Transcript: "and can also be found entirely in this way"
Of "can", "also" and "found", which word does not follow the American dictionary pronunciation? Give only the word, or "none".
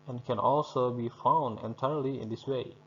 none